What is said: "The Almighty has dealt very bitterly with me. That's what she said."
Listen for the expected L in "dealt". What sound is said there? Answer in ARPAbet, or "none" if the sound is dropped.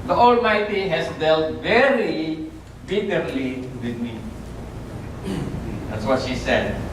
L